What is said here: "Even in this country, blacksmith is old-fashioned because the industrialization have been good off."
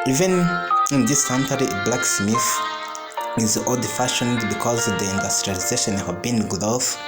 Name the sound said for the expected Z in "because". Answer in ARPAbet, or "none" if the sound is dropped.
Z